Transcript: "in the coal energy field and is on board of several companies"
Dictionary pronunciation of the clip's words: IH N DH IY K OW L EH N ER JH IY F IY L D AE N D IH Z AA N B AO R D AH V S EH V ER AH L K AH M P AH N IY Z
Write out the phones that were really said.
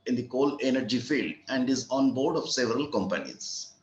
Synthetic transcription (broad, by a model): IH N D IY K OW L EH N ER JH IY F IY L D AE N D IH Z AA N B AO R D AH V S EH V ER AH L K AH M P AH N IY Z